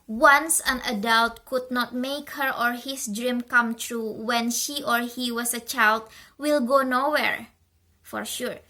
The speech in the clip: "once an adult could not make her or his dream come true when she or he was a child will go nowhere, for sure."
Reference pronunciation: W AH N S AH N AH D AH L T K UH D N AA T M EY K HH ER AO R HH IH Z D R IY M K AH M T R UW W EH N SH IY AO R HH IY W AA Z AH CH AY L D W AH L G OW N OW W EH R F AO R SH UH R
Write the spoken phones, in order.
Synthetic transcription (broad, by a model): W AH N S AH N AH D AH L T K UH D N AA T M EY K HH ER AO R HH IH S D R IY M K AH M T R UW W EH N SH IY AO R HH IY W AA S AH CH AY L D W AH L G OW N OW W EH R F AO R SH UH R